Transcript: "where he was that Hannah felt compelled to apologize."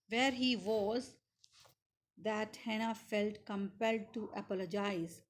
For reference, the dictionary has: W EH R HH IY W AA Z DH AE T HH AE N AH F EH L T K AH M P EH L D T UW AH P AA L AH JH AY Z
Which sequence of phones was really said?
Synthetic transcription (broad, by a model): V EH R HH IY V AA Z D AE T HH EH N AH F EH L T K AH M P EH L D T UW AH P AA L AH JH AY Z